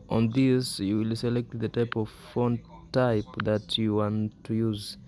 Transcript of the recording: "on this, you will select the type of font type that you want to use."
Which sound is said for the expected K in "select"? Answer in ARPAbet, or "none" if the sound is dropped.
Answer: K